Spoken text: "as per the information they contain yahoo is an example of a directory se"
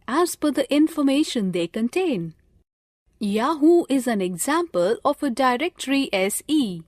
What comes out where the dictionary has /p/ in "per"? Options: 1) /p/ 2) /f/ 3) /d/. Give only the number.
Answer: 2